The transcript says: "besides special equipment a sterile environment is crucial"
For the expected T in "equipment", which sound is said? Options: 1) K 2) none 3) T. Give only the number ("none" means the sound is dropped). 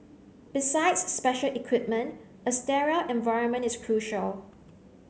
3